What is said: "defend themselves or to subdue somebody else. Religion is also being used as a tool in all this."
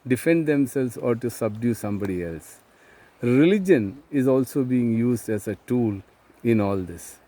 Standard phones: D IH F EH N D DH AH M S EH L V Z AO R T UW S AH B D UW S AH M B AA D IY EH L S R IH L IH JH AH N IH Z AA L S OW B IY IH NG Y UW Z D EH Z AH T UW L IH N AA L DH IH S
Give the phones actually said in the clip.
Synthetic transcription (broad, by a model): D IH F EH N D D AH M S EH L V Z AO R T UW S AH B D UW S AH M B AA D IY EH L S R IH L IH JH AH N IH Z AA L S OW B IY IH NG Y UW Z D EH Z AH T UW L IH N AA L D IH S